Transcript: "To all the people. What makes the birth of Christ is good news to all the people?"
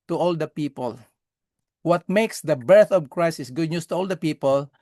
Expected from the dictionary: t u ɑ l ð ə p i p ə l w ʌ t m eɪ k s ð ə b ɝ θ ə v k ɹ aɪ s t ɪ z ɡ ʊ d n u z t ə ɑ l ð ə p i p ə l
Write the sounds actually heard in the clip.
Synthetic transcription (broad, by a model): t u ɑ l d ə p i p ə l w ʌ t m eɪ k s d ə b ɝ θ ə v k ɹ aɪ s ɪ s ɡ ʊ d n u s t ə ɑ l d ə p i p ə l